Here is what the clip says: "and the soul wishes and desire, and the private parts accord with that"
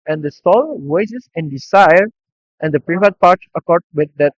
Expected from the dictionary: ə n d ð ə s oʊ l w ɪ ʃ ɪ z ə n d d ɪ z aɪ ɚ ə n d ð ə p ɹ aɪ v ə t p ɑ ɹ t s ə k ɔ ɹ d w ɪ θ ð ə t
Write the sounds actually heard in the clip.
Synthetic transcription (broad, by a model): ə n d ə s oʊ l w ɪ s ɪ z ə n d d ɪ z aɪ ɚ ə n d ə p ɹ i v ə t p ɑ ɹ t s ə k ɔ ɹ d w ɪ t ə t